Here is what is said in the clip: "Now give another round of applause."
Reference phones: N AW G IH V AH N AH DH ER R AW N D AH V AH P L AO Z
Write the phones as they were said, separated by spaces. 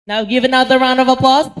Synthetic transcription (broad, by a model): N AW G IH V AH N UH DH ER R AW N D AH V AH P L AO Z